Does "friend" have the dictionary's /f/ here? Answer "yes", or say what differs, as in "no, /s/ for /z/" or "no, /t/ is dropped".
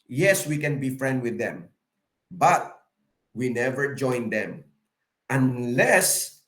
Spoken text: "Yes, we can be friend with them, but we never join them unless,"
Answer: yes